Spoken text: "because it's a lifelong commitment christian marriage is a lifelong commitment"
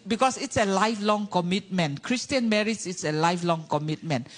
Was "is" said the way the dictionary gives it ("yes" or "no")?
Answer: no